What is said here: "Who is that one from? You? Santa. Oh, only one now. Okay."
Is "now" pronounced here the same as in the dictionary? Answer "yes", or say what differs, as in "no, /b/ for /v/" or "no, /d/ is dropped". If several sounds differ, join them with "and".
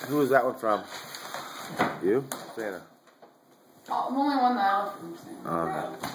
no, /l/ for /n/